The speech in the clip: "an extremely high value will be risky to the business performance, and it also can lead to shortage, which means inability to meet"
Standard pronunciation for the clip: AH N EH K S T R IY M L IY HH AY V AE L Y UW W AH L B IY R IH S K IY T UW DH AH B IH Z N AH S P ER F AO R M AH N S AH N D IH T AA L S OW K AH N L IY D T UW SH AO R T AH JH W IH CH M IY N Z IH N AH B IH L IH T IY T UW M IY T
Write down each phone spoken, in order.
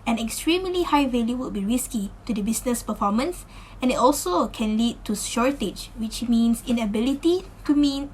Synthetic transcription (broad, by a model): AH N EH K S T R IY M L IY HH AY V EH L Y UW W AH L B IY R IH S K IY T UW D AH B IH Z N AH S P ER F AO M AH N S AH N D IH T AA L S OW K AH N L IY D T UW SH AO R T AH JH W IH CH M IY N S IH N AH B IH L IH T IY T UW M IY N